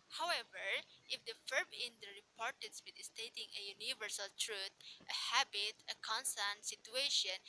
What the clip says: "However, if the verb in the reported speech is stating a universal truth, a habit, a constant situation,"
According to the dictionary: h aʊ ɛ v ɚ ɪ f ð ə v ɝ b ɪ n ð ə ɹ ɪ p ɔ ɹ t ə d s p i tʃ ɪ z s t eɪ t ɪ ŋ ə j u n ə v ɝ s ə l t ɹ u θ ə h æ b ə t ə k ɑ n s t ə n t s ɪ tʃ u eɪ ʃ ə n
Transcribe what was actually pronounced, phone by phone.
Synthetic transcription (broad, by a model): h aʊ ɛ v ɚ ɪ f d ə f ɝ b ɪ n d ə ɹ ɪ p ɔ ɹ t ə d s b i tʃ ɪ s t eɪ t ɪ ŋ ə j u n ə v ɝ s ə l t ɹ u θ ə h æ b ə t ə k ɑ n s t ə n t s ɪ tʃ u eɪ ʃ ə n